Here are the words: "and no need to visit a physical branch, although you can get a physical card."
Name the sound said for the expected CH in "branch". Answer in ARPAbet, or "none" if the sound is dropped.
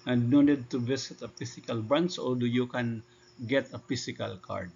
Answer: S